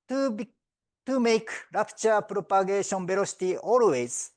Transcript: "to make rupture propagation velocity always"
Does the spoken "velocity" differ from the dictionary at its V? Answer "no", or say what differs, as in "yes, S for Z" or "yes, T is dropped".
yes, B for V